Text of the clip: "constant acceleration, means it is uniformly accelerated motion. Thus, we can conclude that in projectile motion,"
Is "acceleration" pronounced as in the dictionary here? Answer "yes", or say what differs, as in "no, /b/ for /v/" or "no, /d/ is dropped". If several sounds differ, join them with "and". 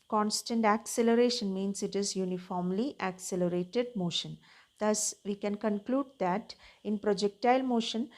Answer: yes